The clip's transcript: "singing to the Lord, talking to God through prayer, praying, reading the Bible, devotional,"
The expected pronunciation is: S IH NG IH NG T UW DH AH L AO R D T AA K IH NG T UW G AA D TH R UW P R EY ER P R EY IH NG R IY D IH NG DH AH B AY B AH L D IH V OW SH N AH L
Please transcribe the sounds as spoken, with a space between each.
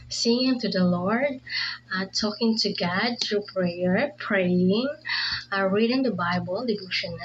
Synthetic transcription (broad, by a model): S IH NG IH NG T UW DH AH L AO R D T AA K IH NG T UW G AA D T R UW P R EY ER P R EY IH NG R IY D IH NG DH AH B AY B AH L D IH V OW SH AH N